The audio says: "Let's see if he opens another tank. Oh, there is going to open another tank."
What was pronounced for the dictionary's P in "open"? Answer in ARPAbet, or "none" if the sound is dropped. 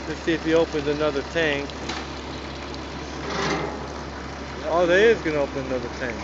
P